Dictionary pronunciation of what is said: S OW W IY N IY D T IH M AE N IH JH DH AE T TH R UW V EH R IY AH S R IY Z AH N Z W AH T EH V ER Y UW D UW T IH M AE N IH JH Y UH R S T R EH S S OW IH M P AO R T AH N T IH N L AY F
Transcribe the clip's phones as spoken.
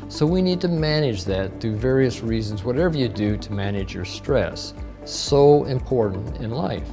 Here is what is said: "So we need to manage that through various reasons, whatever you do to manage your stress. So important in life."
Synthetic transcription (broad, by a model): S OW W IY N IY D T IH M AE N IH JH DH AE T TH UW V EH R IY AH S R IY Z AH N Z W AH T EH V ER Y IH D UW T IH M AE N IH JH Y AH R S T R EH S S OW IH M P AO R T N T IH N L AY F